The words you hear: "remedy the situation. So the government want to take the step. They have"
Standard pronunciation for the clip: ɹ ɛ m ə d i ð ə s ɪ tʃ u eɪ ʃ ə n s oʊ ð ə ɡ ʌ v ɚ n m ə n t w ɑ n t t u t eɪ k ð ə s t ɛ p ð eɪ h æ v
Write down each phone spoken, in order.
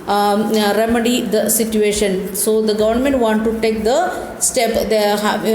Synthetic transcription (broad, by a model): ɹ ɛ m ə d i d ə s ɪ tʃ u eɪ ʃ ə n s oʊ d ə ɡ ʌ v ɚ n m ə n t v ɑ n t t u t eɪ k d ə s t ɛ p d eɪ h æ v